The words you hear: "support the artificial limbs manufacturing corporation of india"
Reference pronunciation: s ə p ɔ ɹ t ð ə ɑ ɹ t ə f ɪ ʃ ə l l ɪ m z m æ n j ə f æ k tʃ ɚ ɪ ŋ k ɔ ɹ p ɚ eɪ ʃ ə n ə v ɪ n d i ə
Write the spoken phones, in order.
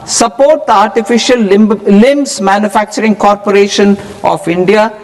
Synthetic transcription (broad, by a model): s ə p ɔ ɹ t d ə ɑ ɹ t ə f ɪ ʃ ə l l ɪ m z m æ n j ə f æ k tʃ ɚ ɪ ŋ k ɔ ɹ p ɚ eɪ ʃ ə n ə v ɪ n d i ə